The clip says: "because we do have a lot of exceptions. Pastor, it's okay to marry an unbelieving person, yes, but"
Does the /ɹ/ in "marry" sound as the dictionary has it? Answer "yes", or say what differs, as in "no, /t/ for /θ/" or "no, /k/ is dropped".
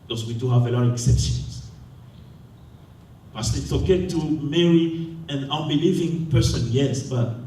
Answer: yes